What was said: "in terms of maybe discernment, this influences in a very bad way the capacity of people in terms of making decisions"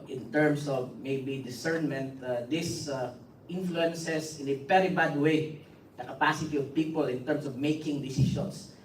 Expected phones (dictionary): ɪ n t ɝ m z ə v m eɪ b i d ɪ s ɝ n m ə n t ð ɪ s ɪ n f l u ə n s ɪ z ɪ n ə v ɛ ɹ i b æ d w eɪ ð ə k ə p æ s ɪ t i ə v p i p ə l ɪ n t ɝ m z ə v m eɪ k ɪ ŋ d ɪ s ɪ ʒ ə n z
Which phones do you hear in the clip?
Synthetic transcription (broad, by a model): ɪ n t ɝ m s ə v m eɪ b i d ɪ s ɝ n m ə n t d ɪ s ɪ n f l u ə n s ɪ s ɪ n ə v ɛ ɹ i b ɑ d w eɪ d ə k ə p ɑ s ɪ t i ə v p i p ə l ɪ n t ɝ m s ə v m eɪ k ɪ ŋ d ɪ s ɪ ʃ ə n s